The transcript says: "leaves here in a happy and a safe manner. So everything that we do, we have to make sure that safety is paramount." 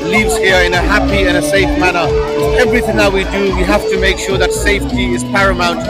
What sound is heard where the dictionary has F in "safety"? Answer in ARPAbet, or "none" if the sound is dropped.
F